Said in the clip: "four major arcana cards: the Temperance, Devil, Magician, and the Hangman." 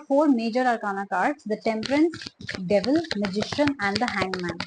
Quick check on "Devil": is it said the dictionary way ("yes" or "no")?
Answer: yes